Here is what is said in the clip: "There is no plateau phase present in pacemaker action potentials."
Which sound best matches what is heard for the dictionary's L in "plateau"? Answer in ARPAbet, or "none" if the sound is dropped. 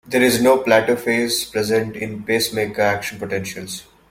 L